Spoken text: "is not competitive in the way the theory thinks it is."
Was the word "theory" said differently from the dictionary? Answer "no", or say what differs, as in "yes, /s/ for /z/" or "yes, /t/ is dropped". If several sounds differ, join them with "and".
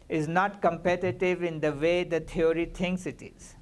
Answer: yes, /t/ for /θ/